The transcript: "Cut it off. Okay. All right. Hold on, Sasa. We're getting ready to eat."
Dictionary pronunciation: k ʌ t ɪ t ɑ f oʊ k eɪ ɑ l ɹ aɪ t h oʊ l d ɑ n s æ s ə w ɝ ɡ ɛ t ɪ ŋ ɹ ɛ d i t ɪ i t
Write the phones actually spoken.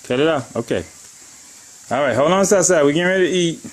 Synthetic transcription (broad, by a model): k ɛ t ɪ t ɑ oʊ k eɪ ɑ l ɹ aɪ t h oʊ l ɑ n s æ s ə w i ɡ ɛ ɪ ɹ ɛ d t ɪ i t